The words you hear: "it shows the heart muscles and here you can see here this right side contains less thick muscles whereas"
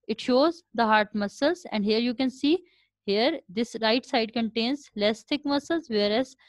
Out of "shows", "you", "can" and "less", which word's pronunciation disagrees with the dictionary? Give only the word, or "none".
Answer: none